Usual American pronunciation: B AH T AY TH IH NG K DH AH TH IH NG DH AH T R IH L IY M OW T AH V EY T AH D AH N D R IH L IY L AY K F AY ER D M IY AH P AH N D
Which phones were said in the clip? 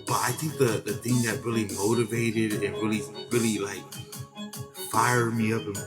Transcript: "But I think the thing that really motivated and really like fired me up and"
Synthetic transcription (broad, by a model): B AH T AY TH IH NG K DH AH TH IH NG DH AH T R IH L IY M OW T AH V EY T AH D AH N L R IH L IY L AY K F AY ER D M IY AH P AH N